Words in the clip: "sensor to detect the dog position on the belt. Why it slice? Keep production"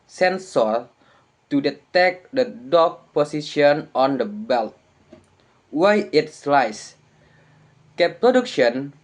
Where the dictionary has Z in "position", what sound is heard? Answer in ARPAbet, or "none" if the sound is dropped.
S